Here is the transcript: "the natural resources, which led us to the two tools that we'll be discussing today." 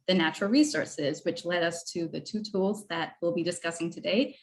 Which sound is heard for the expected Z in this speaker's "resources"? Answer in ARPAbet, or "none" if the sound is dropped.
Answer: Z